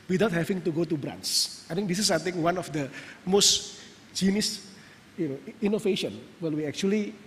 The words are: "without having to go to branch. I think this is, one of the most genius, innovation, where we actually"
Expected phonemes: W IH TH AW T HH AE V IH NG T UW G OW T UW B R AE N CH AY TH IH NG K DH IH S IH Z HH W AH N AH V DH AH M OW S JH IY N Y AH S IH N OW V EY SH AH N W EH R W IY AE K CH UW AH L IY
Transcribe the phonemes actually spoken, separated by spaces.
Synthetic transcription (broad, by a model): W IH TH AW T HH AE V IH NG T UW G OW T UW B R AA N S AY T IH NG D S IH S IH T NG W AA N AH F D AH M OW S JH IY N Y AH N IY N OW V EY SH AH N W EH L W IY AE K CH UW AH L IY